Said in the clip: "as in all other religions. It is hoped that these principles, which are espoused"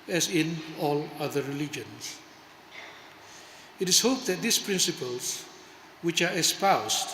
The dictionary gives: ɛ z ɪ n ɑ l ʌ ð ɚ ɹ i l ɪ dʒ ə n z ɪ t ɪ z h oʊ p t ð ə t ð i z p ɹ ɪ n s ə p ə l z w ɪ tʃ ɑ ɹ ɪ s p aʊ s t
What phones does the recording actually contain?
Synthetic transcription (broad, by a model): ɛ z ɪ n ɑ l ʌ ð ɚ ɹ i l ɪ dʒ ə n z ɪ t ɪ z h oʊ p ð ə t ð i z p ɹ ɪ n s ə p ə l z w ɪ tʃ ɑ ɹ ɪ s p aʊ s t